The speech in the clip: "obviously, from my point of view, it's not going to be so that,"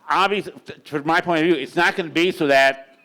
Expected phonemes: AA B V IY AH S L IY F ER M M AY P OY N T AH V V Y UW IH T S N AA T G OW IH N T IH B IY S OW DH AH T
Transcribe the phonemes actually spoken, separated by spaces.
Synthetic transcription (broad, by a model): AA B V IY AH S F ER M M AY P OY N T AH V V Y UW IH T S N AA T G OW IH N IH B IY S OW DH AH T